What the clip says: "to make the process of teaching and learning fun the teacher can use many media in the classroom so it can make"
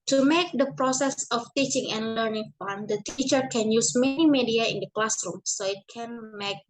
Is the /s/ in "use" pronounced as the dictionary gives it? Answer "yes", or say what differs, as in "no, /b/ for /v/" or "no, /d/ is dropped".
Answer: yes